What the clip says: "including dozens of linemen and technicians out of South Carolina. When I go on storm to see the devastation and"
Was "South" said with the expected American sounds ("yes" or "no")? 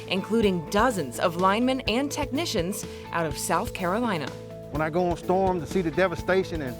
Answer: yes